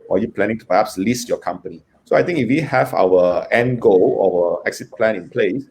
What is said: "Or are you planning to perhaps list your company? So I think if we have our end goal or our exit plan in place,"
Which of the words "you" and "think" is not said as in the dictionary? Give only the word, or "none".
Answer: think